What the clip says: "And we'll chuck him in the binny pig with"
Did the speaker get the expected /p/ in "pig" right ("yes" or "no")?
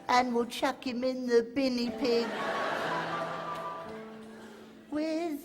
yes